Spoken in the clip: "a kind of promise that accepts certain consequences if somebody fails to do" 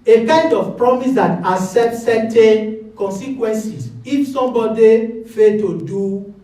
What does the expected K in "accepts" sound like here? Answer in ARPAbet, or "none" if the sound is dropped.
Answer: none